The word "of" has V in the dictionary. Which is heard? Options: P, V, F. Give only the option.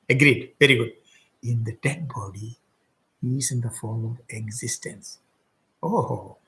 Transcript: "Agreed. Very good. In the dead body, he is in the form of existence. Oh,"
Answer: V